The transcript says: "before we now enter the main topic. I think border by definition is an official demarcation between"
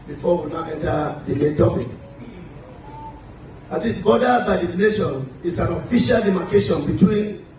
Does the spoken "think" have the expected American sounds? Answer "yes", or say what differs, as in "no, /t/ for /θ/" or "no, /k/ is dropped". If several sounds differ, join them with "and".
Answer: no, /t/ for /θ/